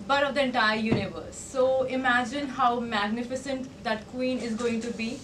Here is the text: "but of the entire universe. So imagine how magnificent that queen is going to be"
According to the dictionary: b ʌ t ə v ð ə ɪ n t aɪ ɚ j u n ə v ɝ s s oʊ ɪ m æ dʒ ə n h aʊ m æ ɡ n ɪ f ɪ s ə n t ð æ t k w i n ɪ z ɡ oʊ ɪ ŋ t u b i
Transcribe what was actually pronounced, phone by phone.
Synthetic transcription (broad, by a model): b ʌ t ə v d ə ɪ n t aɪ ɚ j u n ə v ɝ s s oʊ ɪ m æ dʒ ə n h aʊ m æ ɡ n ɪ f ɪ s ə n t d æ t k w i n ɪ z ɡ oʊ ɪ ŋ t u b i